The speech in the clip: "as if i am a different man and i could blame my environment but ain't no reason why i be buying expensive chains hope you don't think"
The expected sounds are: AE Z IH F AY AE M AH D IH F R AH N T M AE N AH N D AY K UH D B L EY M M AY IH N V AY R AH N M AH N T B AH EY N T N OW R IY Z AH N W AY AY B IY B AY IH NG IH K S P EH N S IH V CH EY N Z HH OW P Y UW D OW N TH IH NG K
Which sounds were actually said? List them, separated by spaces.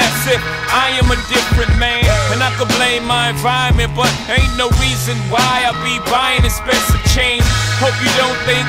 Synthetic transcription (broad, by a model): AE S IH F AY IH M AH D IH F R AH N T M AE N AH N AY K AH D B L EY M M AY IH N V AY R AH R M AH N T B AH T N OW R IY Z AH N W AY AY B IY B AY IH NG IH S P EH S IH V CH EY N HH OW P Y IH D OW N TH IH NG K